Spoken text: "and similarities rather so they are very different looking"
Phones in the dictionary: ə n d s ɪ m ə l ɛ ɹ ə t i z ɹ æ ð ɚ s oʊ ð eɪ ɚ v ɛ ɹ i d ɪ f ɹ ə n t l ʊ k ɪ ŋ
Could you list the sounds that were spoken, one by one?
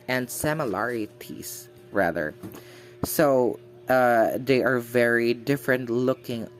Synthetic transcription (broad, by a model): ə n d s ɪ m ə l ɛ ɹ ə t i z ɹ æ ð ɚ s oʊ ð eɪ ɚ v ɛ ɹ i d ɪ f ɹ ə n t l ʊ k ɪ ŋ